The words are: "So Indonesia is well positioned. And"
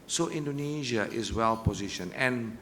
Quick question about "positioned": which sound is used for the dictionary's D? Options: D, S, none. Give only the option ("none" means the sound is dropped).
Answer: none